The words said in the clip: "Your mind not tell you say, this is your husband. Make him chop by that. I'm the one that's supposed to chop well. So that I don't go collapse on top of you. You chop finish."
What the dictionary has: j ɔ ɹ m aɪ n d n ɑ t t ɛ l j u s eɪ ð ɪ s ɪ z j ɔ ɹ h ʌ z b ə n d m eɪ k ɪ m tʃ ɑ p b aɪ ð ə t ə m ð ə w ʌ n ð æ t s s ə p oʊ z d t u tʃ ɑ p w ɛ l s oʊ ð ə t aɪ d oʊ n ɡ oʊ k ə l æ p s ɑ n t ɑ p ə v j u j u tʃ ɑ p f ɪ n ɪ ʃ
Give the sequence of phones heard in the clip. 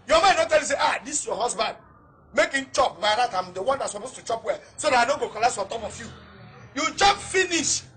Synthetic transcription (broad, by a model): j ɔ m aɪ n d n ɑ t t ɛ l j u s eɪ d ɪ s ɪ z j ɔ h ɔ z b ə n d m eɪ k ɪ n tʃ ɑ p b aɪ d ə t ə m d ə w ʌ n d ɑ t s s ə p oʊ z t u tʃ ɑ p w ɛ s oʊ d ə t aɪ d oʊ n ɡ oʊ k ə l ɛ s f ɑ t ɑ p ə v j u j u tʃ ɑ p f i n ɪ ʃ